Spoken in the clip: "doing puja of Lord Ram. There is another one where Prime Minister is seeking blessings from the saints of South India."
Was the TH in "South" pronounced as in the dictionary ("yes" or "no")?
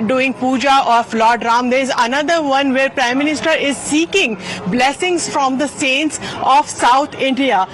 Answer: no